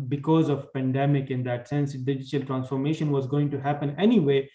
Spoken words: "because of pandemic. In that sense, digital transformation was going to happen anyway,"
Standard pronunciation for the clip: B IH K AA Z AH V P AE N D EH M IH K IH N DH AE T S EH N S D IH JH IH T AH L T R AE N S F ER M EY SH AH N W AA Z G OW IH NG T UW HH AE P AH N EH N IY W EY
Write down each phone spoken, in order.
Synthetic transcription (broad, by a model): B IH K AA Z AH V P AE N D EH M IH K IH N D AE T S EH N S D IH JH IH T AH L T R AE N S F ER M EY SH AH N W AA Z G OW IH NG T UW HH AE P AH N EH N IY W EY